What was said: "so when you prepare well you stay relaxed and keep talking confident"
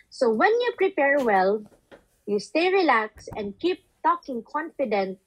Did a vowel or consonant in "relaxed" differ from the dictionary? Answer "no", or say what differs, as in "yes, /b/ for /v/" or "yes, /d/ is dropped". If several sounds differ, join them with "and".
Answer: yes, /t/ is dropped